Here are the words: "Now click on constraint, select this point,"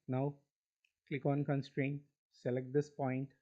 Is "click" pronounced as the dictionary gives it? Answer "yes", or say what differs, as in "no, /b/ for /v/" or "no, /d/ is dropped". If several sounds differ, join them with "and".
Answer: yes